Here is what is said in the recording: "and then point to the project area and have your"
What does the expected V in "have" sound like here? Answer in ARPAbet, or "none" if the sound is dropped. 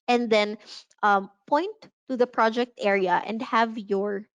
V